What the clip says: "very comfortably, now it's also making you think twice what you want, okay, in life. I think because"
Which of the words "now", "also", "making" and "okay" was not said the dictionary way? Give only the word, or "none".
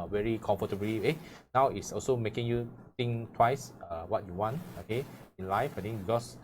none